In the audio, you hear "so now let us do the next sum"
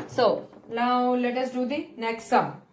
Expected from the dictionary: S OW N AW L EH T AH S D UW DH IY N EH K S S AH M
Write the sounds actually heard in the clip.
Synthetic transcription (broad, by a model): S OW L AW L EH T AH S D UW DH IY N EH K S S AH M